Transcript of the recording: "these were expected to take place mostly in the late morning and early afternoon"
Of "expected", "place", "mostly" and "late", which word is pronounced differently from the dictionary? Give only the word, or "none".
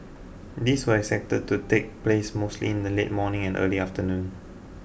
expected